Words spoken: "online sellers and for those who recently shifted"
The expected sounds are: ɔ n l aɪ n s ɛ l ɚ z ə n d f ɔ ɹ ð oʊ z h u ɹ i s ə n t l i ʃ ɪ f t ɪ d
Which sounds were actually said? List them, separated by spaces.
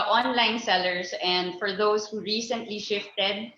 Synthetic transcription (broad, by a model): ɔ n l aɪ n s ɛ l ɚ s ə n d f ɔ ɹ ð oʊ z h u ɹ i s ə n t l i ʃ ɪ f t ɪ d